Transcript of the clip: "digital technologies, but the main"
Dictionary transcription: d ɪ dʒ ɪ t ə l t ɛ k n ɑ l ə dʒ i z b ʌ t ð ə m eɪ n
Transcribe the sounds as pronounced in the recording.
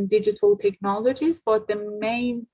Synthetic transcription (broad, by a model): d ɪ dʒ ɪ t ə l t ɛ k n ɑ l ə dʒ i z b ʌ t ð ə m eɪ n